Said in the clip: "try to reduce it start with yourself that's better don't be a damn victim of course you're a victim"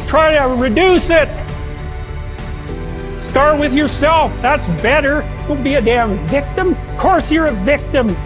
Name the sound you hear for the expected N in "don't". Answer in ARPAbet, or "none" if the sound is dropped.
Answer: L